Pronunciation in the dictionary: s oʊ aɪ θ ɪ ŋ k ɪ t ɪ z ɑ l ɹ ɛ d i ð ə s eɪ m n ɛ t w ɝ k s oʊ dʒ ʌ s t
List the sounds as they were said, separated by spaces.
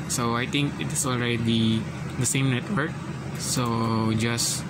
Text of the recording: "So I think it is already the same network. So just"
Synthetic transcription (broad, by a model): s oʊ aɪ t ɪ ŋ k ɪ t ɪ s ɑ l ɹ ɛ d i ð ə s eɪ m n ɛ t w ɝ k s oʊ dʒ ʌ s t